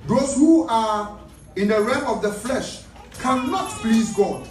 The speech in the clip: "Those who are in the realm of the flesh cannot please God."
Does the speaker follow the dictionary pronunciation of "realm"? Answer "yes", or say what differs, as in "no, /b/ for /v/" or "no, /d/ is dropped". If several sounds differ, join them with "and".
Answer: no, /l/ is dropped